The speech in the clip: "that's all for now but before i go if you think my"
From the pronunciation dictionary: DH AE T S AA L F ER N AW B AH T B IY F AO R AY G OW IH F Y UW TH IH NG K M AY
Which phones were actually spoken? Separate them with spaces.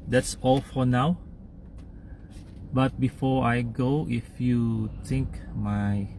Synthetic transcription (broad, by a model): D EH T S AA L F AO N AW B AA T B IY F AO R AY G OW IH F Y UW T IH NG K M AY